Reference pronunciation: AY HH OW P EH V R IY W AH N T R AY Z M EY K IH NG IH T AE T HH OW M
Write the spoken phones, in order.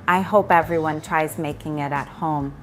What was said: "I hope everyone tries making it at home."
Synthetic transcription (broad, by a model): AY HH OW P EH V R IY W AH N T R AY Z M EY K IH NG IH T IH T HH OW M